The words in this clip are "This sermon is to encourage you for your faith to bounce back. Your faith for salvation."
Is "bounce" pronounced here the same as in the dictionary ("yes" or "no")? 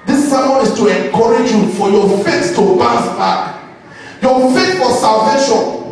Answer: no